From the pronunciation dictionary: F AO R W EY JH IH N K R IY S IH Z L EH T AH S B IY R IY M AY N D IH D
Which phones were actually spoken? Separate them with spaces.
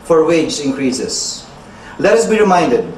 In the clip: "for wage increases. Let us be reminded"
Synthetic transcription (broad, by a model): F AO R W EY JH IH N K R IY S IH S L EH T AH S B IY R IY M AY N D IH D